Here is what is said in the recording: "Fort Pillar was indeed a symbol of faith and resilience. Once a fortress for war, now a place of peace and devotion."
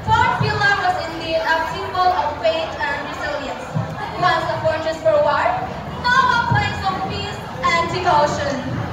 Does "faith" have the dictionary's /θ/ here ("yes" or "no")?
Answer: no